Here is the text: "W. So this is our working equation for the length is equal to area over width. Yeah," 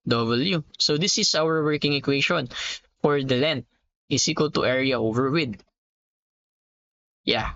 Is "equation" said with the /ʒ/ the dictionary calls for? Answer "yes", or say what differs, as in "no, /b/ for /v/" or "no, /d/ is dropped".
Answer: no, /ʃ/ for /ʒ/